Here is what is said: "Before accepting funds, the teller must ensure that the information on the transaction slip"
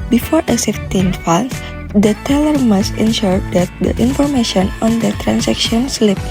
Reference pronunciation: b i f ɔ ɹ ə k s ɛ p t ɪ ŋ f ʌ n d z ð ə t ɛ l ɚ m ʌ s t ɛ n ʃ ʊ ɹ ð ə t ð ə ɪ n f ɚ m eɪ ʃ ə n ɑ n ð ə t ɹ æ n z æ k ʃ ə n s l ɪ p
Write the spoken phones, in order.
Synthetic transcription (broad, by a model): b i f ɔ ɹ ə s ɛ f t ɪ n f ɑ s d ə t ɛ l ɚ m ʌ s t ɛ n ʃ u ɹ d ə t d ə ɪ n f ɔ m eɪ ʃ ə n ɑ n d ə t ɹ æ n s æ k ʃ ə n s l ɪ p